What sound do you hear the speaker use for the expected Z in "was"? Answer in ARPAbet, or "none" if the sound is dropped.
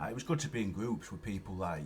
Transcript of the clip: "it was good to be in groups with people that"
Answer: Z